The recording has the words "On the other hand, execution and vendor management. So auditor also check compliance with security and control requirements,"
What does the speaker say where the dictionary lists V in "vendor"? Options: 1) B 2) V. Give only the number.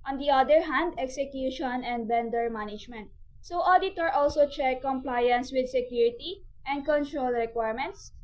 1